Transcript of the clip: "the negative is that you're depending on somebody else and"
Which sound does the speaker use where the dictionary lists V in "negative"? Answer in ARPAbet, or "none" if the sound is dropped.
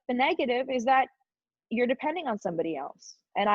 V